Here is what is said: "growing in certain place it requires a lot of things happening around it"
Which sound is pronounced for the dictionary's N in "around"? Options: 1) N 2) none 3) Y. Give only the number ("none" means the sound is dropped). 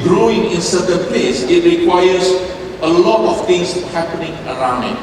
1